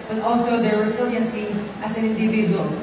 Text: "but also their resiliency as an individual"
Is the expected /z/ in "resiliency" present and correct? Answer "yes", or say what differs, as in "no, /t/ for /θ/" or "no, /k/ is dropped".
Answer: no, /s/ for /z/